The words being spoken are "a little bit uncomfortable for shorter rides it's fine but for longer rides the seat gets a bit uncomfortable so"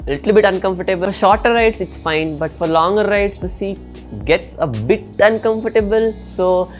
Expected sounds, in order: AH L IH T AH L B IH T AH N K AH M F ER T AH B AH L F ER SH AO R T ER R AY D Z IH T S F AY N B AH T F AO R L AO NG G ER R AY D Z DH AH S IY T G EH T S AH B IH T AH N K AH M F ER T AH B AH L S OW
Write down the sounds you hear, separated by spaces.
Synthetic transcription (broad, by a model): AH L IH T AH L B IH T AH N K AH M F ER T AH B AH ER SH AO R T ER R AY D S IH T S F AY N B AH T F AO R L AO NG G ER R AY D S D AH S IY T G EH T S AH B IH T AH N K AH M F ER T AH B AH L S OW